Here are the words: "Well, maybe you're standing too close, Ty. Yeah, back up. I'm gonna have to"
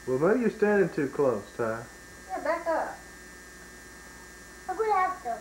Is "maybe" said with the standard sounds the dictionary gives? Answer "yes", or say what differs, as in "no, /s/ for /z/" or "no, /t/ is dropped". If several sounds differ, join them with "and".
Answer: no, /b/ is dropped